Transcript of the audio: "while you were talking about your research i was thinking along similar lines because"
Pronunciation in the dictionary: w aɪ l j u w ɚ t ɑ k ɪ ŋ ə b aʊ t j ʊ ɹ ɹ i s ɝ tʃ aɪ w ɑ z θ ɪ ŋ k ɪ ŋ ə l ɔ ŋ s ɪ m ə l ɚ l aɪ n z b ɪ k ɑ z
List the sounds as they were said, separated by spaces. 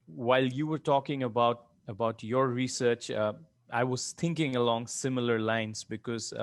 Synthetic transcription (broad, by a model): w aɪ l j u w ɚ t ɑ k ɪ ŋ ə b aʊ t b ʊ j ɹ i s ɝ tʃ aɪ w ɑ z t ɪ ŋ k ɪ ŋ ə l ɔ ŋ s ɪ m ə l ɚ l aɪ n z b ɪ k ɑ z